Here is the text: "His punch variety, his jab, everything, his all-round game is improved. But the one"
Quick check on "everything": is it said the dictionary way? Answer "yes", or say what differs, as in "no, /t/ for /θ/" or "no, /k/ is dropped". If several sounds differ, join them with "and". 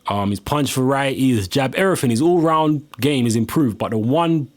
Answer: no, /v/ is dropped and /f/ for /θ/